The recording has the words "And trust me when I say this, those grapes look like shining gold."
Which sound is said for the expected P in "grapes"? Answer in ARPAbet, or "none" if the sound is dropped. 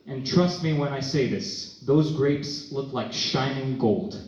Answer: P